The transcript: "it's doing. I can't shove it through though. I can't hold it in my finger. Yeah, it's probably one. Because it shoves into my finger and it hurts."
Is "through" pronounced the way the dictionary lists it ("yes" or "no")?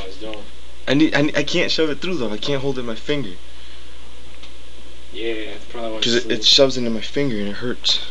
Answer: yes